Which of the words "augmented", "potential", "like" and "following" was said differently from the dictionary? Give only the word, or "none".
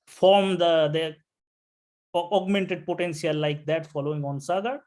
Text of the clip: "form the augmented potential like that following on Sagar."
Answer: potential